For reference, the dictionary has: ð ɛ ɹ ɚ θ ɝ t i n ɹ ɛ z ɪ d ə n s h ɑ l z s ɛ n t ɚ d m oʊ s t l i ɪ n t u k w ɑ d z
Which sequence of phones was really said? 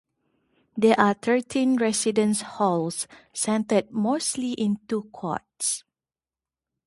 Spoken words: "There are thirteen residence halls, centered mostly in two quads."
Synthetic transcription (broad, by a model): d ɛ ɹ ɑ t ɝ t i n ɹ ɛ s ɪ d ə n s h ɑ l s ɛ n t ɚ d m oʊ s t l i ɪ n t u k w ɑ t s